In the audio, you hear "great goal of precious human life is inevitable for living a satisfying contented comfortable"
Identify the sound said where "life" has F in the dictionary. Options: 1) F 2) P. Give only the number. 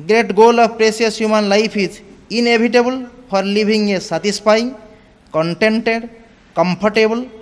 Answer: 2